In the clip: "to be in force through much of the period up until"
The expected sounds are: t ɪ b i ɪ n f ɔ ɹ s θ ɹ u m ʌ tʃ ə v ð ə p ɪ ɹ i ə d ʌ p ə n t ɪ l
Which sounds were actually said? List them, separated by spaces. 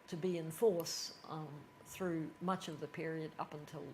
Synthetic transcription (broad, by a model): t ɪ b i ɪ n f ɔ ɹ s θ ɹ u m ʌ tʃ ə v ð ə p ɪ ɹ i ə d ʌ p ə n t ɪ l